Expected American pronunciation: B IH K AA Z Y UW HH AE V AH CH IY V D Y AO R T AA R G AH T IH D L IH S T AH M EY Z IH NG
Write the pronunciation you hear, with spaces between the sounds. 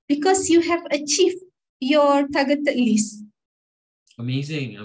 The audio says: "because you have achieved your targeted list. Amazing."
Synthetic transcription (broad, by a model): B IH K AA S Y UW HH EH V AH CH IY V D Y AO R T AA G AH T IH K L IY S AH M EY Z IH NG